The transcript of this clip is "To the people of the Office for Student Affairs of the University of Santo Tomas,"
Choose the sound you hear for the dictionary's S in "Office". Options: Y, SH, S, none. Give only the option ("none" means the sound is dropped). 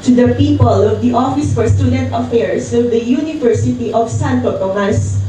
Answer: S